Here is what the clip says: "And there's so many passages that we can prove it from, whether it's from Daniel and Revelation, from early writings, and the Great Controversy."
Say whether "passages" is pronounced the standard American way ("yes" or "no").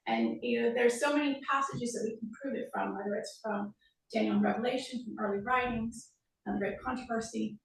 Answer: yes